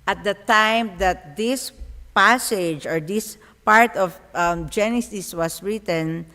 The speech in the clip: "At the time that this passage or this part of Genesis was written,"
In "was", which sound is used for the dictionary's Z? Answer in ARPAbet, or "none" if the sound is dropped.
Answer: S